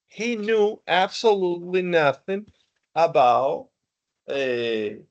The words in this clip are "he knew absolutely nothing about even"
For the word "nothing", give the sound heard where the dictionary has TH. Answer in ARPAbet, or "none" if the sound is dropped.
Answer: TH